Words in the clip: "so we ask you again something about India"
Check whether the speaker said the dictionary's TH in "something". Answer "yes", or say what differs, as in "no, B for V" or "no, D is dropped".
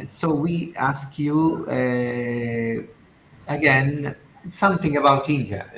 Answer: yes